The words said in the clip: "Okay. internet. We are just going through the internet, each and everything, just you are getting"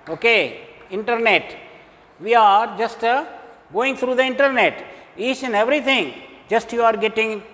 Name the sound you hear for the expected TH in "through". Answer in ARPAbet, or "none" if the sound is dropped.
T